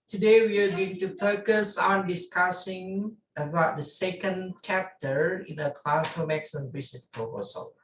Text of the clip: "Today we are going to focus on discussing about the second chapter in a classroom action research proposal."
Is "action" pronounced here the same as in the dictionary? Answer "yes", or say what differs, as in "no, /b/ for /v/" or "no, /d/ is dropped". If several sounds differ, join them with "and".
no, /s/ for /ʃ/